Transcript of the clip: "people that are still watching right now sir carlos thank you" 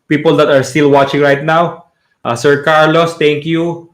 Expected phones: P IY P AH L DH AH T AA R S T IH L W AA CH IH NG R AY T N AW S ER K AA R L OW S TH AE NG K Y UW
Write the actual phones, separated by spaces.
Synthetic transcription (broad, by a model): P IY P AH L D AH T AA R S T IH L W AA CH IH NG R AY T N AW S ER K AA R L OW S T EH NG K Y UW